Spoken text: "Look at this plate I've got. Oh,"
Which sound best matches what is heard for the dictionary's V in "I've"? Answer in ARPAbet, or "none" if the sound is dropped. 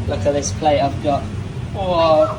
V